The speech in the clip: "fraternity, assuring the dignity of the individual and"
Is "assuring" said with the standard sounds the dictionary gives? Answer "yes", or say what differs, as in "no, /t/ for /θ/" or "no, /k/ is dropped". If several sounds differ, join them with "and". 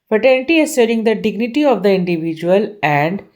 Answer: no, /s/ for /ʃ/